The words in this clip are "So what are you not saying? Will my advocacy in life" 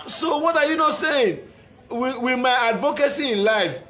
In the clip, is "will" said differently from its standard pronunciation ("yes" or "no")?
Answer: yes